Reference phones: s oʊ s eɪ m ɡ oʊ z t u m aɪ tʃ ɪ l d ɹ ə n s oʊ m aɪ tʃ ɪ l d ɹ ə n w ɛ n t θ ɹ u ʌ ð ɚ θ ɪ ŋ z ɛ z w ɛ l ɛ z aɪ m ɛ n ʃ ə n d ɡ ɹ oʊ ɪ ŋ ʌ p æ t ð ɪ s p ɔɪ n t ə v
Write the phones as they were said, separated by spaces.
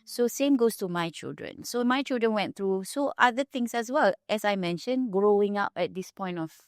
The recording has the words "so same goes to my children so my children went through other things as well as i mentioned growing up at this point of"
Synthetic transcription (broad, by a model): s oʊ s eɪ m ɡ oʊ s t u m aɪ tʃ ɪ l d ɹ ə n s oʊ m aɪ tʃ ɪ l d ɹ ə n w ɛ n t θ ɹ u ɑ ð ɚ t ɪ ŋ s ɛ s w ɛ l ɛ s aɪ m ɛ n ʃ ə n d ɡ ɹ oʊ ɪ ŋ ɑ p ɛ t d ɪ s p ɔɪ n t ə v